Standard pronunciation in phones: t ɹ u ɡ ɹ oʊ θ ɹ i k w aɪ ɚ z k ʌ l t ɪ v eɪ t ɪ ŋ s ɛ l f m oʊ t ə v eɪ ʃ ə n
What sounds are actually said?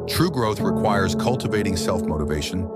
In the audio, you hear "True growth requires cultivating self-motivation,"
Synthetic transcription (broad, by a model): t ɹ u ɡ ɹ oʊ θ ɹ i k w aɪ ɚ z k ʌ l t ɪ v eɪ t ɪ ŋ s ɛ l f m oʊ t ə v eɪ ʃ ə n